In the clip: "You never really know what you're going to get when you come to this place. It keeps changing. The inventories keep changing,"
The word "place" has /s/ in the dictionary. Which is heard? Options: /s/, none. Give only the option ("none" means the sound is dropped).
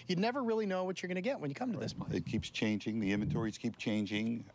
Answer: none